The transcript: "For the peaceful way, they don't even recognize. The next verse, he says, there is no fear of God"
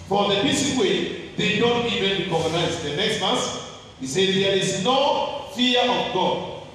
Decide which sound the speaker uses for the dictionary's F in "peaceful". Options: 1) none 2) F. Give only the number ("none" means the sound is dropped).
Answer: 1